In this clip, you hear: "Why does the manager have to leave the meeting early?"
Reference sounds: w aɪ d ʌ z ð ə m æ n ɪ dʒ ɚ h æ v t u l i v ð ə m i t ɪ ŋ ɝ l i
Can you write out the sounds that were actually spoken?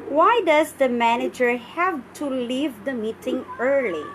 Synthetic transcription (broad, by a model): w aɪ d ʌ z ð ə m æ n ɪ dʒ ɚ h æ v t u l i v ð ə m i t ɪ ŋ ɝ l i